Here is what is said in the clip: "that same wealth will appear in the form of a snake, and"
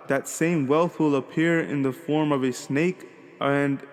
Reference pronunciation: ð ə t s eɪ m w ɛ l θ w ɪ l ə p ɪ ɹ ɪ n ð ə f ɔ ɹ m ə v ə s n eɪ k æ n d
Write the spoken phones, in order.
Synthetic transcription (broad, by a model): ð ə t s eɪ m w ɛ l θ w ɪ l ə p ɪ ɹ ɪ n ð ə f ɔ ɹ m ə v ə s n eɪ k n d